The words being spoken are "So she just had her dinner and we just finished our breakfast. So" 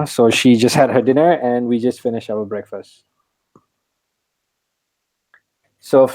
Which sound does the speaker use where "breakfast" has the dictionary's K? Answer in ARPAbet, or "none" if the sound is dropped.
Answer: K